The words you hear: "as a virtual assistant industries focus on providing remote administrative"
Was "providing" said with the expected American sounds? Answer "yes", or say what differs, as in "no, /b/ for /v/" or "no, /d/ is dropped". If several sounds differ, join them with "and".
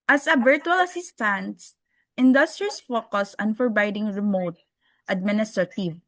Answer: no, /f/ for /p/